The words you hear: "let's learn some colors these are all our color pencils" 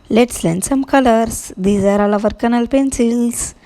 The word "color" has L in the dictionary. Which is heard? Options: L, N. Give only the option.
N